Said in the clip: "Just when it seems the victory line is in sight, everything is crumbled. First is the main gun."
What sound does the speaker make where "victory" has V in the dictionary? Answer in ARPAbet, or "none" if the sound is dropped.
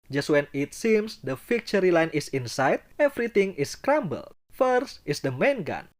F